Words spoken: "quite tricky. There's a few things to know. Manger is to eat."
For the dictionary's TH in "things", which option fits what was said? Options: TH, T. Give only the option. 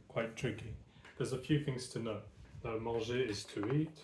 TH